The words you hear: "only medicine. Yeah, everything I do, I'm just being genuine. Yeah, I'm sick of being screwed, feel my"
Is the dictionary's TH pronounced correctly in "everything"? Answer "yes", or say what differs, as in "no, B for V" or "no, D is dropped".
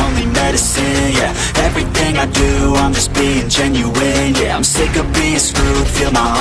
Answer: yes